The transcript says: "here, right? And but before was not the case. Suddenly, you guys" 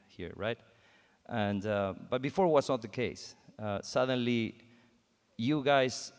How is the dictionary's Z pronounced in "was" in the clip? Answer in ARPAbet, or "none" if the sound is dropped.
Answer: S